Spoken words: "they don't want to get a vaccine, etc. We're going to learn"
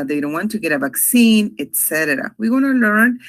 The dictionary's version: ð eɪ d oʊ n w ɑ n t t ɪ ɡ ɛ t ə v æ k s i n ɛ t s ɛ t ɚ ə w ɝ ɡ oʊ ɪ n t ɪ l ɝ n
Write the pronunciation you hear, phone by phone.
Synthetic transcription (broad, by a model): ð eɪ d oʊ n w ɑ n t t ɪ ɡ ɛ t ə v æ k s i n ɛ t s ɛ t ɚ ə w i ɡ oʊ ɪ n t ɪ l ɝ n